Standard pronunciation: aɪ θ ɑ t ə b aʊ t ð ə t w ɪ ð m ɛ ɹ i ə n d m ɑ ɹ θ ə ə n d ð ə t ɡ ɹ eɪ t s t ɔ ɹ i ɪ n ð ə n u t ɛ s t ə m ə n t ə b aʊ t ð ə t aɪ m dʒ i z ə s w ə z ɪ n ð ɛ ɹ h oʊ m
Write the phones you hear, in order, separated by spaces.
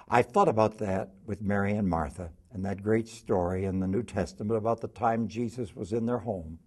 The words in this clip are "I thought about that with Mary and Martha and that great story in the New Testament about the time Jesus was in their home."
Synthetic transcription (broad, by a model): aɪ θ ɑ t ə b aʊ t ð ə t w ɪ ð m ɛ ɹ i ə n m ɑ ɹ θ ə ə n ð ə t ɡ ɹ eɪ t s t ɔ ɹ i ɪ n ð ə n u t ɛ s t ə m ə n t ə b aʊ t ð ə t aɪ m dʒ i z ə s w ə z ɪ n ð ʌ ɹ h oʊ m